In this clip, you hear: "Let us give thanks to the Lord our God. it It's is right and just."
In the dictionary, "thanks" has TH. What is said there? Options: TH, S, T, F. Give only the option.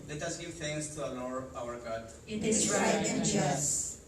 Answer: T